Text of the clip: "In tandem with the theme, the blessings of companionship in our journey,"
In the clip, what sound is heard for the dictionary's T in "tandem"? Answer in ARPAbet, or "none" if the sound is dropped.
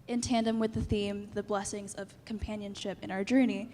T